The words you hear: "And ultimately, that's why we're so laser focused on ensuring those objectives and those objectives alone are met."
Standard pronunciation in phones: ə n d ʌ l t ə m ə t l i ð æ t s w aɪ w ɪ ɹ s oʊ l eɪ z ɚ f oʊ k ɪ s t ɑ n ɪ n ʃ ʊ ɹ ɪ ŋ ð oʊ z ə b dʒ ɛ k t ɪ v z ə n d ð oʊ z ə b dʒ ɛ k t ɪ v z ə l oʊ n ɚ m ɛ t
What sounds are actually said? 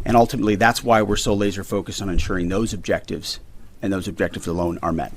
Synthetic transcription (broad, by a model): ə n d ʌ l t ə m ə t l i ð æ t s w aɪ w ɪ ɹ s oʊ l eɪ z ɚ f oʊ k ɪ s t n ɪ n ʃ ʊ ɹ ɪ ŋ ð oʊ z ə b dʒ ɛ k t ɪ v z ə n ð oʊ z ə b dʒ ɛ k t ɪ v z ə l oʊ n ɚ m ɛ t